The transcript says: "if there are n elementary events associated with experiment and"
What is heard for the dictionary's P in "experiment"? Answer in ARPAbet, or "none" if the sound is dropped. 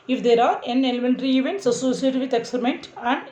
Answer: none